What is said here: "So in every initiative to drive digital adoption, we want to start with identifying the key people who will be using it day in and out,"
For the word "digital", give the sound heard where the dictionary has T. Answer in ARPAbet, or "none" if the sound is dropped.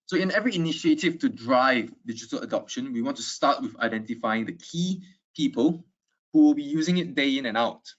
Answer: T